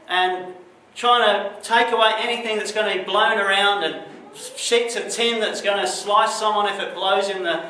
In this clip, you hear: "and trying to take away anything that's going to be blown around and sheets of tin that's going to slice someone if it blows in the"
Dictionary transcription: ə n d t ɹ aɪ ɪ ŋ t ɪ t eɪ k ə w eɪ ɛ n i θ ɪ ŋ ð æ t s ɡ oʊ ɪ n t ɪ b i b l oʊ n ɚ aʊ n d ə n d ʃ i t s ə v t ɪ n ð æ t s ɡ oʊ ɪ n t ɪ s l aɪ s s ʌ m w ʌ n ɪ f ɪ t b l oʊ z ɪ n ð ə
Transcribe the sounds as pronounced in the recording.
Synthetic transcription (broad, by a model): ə n t ɹ aɪ ɪ ŋ t ɪ t eɪ k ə w eɪ ɛ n i θ ɪ ŋ ð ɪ t s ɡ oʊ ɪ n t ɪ b i b l oʊ n ɚ aʊ n d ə n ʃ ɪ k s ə t ɪ n ð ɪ t s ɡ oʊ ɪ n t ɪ s l aɪ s s ʌ m w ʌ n ɪ f ɪ t b l oʊ z ɪ n ð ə